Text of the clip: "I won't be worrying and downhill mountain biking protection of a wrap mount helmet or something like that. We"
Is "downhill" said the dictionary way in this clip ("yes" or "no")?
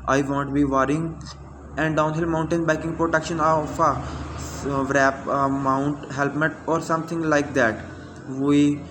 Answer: yes